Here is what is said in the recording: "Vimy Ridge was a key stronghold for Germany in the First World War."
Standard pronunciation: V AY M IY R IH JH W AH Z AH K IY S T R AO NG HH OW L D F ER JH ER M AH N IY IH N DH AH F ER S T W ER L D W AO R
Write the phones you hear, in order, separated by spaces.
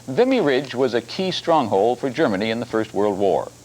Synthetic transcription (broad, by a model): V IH M IY R IH JH W AH Z AH K IY S T R AO NG HH OW L D F ER JH ER M AH N IY IH N DH AH F ER S T W ER L D W AO R